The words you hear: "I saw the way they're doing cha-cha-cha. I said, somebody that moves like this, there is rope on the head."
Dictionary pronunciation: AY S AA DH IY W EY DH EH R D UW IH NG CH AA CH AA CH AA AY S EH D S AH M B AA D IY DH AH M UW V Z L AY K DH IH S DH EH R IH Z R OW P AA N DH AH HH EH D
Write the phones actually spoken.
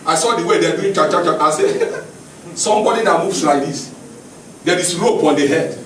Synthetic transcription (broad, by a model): AY S AA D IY W EY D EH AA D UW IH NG CH AA CH AA CH AA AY S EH S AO M B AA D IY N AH M UW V S L AY K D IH S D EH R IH S R OW P AA N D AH HH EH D